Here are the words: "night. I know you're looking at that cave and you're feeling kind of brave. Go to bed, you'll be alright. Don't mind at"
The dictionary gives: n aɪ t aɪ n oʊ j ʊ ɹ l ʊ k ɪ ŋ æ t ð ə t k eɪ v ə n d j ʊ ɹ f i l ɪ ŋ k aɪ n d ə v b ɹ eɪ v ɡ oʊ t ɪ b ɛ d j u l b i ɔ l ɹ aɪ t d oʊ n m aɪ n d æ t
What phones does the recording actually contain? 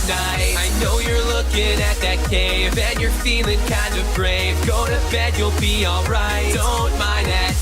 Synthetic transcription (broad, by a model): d aɪ aɪ n oʊ j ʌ ɹ l ʊ k ɪ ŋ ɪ t ð ə t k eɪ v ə n j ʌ ɹ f i l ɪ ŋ k aɪ n d ə v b ɹ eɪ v ɡ oʊ t ɪ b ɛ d j u l b i ɔ l ɹ aɪ t d oʊ n m aɪ n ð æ t